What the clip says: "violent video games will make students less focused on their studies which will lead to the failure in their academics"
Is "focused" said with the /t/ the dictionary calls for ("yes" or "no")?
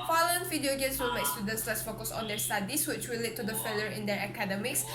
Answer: no